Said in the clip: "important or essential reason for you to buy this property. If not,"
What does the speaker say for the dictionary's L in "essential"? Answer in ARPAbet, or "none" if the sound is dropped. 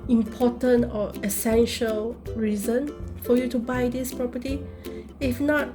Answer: L